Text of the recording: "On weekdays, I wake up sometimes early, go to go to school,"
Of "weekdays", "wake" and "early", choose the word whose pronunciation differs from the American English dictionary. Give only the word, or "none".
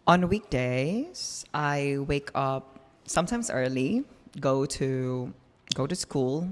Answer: none